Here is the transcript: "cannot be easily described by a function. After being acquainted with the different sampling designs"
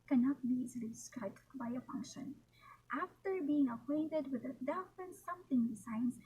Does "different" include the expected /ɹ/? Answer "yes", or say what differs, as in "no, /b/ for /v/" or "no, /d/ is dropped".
no, /ɹ/ is dropped